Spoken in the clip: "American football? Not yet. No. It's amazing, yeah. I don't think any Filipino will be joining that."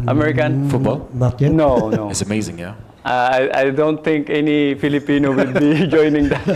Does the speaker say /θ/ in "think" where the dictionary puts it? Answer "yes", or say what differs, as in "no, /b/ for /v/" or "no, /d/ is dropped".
no, /t/ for /θ/